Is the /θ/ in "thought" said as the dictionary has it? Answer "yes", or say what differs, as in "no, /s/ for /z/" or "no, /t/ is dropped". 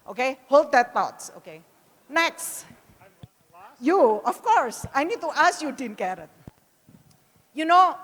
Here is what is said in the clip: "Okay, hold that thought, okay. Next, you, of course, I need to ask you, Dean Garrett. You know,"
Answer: no, /t/ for /θ/